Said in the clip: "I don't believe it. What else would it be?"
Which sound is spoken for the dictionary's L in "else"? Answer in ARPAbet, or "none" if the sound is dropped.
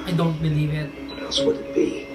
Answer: none